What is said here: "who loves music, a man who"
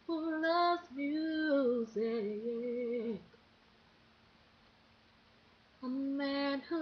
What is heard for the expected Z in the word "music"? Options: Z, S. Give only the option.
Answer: Z